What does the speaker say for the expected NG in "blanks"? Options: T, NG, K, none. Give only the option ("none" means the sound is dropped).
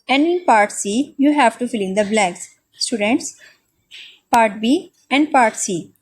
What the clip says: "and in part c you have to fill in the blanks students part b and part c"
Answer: none